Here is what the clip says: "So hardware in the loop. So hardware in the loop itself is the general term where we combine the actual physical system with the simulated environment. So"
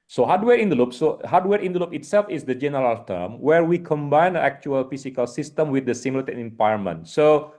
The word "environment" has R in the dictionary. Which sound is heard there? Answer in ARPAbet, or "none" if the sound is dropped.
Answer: none